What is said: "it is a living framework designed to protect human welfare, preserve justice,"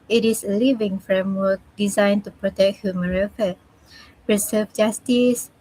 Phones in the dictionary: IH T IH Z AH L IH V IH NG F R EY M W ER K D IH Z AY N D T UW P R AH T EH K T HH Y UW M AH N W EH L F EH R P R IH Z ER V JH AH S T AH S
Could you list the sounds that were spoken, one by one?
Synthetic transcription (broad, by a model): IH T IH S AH L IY V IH NG F R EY M W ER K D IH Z AY N T UW P R AH T EH K T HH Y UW M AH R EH F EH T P R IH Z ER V JH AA S T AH S